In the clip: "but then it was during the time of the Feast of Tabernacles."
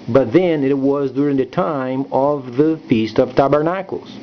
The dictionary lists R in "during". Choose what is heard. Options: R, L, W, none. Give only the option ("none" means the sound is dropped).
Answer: R